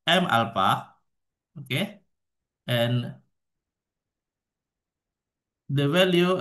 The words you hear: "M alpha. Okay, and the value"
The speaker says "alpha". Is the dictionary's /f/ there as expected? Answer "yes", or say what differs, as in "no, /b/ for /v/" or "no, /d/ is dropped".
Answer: no, /p/ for /f/